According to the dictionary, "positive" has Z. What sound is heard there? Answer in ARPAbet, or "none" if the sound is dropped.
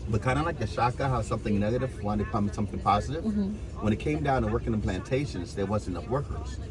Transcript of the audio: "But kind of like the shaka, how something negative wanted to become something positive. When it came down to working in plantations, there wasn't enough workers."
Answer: Z